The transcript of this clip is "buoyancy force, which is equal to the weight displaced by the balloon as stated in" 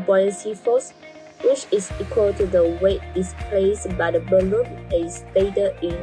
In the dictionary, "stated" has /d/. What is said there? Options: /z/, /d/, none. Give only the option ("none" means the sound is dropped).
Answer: none